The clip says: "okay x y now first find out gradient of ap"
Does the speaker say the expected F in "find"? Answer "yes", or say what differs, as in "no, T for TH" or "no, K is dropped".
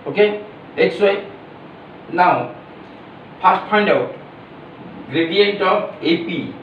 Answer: no, P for F